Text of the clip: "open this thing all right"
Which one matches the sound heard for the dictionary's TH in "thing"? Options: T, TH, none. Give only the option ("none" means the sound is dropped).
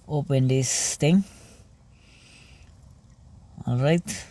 T